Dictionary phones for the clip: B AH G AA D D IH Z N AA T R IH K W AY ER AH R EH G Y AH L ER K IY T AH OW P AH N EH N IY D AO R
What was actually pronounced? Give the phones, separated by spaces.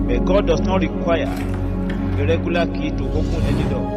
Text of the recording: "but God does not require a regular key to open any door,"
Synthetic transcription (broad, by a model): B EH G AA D D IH S N AA T R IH K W AY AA AH R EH G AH L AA K IY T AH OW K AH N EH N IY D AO